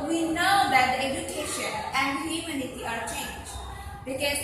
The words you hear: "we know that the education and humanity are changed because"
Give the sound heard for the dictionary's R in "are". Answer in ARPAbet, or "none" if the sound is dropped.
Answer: R